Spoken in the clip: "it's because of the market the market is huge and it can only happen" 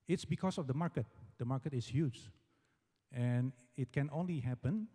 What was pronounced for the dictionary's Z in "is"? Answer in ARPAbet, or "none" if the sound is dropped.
S